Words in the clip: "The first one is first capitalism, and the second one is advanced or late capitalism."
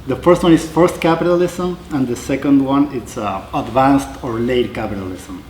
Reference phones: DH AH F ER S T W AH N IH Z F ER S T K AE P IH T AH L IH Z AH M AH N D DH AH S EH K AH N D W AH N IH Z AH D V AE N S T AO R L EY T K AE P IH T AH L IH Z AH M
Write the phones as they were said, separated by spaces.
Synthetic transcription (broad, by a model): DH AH F ER S T W AH N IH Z F ER S T K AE P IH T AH L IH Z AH M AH N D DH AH S EH K AH N D W AH N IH S AH D V AE N S T AO R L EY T K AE P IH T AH L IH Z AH M